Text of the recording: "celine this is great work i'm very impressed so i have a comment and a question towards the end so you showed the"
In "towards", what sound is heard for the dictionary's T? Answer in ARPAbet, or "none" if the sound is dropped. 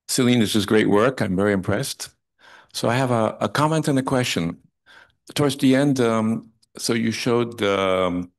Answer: T